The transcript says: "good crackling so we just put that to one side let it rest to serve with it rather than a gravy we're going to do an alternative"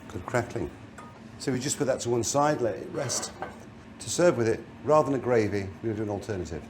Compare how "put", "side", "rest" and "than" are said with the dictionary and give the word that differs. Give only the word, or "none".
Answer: none